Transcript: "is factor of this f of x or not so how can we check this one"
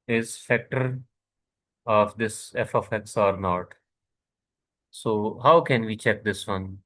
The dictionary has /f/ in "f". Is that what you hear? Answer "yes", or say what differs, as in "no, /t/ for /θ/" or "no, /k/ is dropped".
yes